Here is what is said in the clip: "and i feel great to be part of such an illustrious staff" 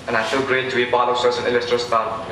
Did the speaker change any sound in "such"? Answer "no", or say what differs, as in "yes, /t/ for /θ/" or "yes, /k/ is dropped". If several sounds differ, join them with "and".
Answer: yes, /s/ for /tʃ/